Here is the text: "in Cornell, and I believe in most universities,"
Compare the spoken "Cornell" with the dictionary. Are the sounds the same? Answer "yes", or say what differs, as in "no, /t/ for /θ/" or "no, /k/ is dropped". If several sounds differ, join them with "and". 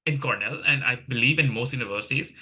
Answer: yes